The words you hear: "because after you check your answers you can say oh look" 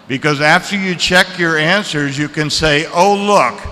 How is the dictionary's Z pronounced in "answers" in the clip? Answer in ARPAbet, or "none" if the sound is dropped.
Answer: Z